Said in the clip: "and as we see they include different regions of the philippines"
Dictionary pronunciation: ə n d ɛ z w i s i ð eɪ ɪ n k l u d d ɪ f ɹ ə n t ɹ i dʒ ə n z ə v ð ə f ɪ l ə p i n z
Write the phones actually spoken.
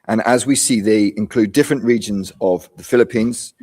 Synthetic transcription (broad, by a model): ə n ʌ z w i s i ð eɪ ɪ n k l u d d ɪ f ɹ ə n t ɹ i dʒ ə n z ə v ð ə f ɪ l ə p i n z